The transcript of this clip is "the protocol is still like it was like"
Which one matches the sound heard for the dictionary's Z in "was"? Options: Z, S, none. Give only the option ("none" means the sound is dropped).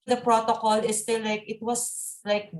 S